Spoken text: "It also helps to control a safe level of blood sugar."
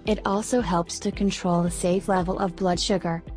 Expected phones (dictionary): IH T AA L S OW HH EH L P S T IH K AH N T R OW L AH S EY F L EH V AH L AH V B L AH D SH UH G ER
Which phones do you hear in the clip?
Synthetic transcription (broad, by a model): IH T AA L S OW HH EH L P S T IH K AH N T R OW L AH S EY F L EH V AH L AH V B L AH D SH UH G ER